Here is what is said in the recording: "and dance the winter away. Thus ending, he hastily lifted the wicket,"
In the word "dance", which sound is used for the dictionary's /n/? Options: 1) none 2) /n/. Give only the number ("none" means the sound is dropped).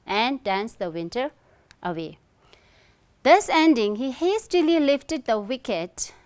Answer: 2